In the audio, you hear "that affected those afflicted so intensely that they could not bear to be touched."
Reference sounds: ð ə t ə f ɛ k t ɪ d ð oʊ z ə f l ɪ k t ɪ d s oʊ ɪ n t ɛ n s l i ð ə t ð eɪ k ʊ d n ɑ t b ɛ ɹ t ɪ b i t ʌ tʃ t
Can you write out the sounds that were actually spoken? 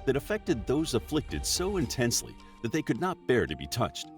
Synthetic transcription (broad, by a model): ð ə t ə f ɛ k t ɪ d ð oʊ z ə f l ɪ k t ɪ d s oʊ ɪ n t ɛ n s l i ð ə t ð eɪ k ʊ d n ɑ t b ɛ ɹ t ɪ b i t ʌ tʃ t